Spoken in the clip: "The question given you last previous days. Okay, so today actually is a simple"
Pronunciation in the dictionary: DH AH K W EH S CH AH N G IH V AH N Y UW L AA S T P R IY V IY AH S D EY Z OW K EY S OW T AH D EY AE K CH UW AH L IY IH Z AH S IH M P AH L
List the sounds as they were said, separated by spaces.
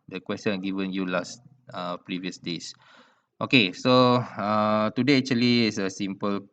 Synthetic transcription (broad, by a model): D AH K W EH S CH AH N G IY V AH N Y UW L AA S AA P R IY V IY AH S D EY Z OW K EY S OW T AH D EY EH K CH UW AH L IY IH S AH S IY M P AH L